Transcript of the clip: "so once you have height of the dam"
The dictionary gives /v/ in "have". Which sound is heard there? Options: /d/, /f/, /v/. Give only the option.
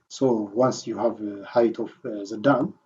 /v/